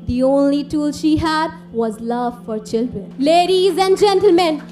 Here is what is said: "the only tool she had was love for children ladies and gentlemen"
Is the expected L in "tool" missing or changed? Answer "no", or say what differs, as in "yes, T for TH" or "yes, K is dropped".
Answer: no